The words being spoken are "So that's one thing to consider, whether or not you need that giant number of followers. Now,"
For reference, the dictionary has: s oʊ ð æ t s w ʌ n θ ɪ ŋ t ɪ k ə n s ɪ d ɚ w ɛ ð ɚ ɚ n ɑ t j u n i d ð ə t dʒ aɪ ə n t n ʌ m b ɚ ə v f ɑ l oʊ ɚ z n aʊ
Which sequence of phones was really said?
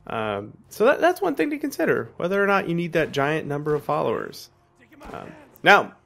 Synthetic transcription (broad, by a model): s oʊ ð æ t s w ʌ n θ ɪ ŋ t ɪ k ə n s ɪ d ɚ w ɛ ð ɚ ɚ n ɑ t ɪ n i d ð ə t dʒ aɪ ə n n ʌ m b ɚ ə v f ɑ l oʊ ɚ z n aʊ